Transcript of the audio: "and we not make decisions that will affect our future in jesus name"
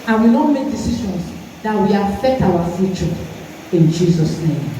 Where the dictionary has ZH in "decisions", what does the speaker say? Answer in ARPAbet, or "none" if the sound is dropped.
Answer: SH